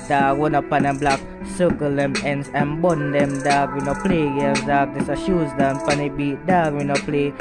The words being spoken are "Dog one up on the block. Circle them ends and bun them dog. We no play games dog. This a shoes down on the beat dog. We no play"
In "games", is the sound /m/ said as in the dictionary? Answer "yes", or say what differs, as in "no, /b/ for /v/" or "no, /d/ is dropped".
no, /m/ is dropped